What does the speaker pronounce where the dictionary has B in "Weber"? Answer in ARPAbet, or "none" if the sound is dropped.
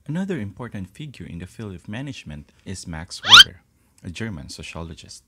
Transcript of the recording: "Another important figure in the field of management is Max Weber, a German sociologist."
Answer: none